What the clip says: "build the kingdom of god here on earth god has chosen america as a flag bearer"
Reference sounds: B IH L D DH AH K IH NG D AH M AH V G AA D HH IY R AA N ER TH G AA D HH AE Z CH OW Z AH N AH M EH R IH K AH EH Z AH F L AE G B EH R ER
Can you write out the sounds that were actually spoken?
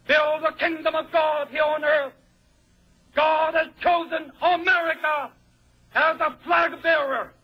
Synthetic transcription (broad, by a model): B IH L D DH AH K IH NG D AH M AH V G AA D HH IY R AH N ER TH G AA D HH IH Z CH OW Z AH N AH M EH R IH K AH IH Z AH F L AE G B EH R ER